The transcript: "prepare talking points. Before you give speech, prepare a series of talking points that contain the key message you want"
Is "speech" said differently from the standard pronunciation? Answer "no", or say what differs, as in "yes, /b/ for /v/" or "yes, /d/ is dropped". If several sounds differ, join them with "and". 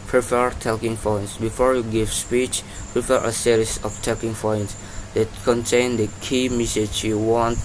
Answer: no